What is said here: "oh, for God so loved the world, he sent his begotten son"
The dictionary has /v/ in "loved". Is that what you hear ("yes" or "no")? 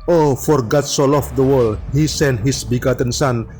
no